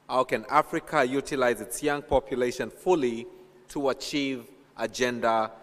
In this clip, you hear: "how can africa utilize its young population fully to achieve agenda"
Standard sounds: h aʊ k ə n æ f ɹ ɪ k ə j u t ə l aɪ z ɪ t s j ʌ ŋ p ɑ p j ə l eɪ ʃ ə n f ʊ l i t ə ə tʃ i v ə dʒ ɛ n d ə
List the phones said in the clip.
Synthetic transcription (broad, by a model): h aʊ k ə n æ f ɹ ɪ k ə j u t ə l aɪ z ɪ t s j ʌ ŋ p ɑ p j ə l eɪ ʃ ə n f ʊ l i t ə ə tʃ i v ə dʒ ɛ n d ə